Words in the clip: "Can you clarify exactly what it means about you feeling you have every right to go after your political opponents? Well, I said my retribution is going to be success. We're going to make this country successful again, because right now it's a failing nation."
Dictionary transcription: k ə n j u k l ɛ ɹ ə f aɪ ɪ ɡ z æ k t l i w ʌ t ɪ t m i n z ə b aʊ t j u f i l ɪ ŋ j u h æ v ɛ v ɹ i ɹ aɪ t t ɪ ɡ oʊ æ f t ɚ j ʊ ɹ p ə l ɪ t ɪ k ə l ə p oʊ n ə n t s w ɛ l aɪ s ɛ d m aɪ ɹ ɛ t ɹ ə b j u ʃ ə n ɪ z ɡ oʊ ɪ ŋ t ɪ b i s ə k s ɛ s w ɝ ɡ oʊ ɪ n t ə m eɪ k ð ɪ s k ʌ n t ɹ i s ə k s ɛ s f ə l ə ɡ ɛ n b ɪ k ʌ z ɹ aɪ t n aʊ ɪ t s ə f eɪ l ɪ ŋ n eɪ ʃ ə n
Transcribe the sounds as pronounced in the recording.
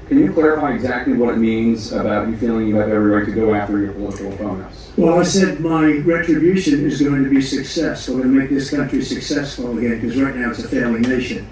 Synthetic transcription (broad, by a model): k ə n j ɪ k l ɛ ɹ ə f aɪ ɪ ɡ z æ k t l i w ʌ t ɪ t m i n z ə b aʊ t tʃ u f i l ɪ ŋ j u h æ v ɛ v ɹ i ɹ aɪ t t ɪ ɡ oʊ æ f t ɚ j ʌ ɹ p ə l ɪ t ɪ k l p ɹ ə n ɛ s w ɛ l aɪ s ɛ d m aɪ ɹ ɛ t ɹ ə b j u ʃ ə n ɪ z ɡ oʊ ɪ ŋ t ɪ b i s ə k s ɛ s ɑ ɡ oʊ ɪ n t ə m eɪ k ð ɪ s k ʌ n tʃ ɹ i s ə k s ɛ s f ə l ə ɡ ɛ n k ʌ z ɹ aɪ t n aʊ ɪ t s ə f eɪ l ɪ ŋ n eɪ ʃ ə n